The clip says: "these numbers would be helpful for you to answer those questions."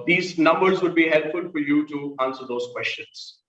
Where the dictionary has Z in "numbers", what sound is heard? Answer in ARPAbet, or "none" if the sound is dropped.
Z